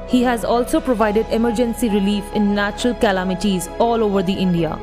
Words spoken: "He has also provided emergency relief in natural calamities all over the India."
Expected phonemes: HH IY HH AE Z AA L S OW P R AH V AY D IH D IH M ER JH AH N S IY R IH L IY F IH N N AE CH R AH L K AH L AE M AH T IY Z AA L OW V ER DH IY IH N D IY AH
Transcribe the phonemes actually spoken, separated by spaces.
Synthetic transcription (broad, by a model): HH IY HH AE Z AA L S OW P R AH V AY D IH D IH M ER JH AH N S IY R IH L IY F IH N N AE CH R AH L K AH L AE M AH T IY Z AA L OW V ER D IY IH N D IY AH